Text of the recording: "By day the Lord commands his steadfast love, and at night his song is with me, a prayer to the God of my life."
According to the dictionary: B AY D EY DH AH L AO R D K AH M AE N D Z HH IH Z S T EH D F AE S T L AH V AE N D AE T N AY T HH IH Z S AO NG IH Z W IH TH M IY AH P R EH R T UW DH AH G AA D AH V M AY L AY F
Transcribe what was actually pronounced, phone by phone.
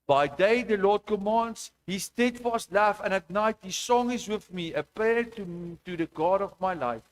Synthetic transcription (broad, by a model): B AY D EY DH AH L AO D K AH M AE N D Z HH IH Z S T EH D F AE S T L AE F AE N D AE T N AY T HH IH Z S AO NG IH Z W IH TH M IY AH P EH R T UW DH AH G AA D AH V M AY L AY F